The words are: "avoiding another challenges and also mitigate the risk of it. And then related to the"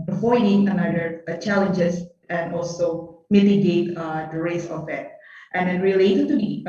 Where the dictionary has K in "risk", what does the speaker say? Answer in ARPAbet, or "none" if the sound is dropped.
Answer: none